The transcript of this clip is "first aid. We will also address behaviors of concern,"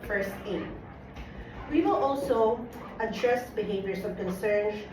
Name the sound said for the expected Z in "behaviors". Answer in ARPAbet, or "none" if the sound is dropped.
S